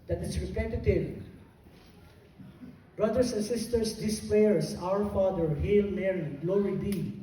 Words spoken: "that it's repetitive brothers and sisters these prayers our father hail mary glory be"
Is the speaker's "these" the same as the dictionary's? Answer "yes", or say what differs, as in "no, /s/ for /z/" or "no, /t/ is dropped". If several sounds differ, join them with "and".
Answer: no, /s/ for /z/